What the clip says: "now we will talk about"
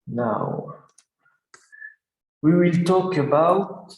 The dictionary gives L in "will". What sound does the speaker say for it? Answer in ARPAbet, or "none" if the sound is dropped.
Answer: L